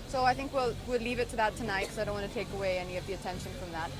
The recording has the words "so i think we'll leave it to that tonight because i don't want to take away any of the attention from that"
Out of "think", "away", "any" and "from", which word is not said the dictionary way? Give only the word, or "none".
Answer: none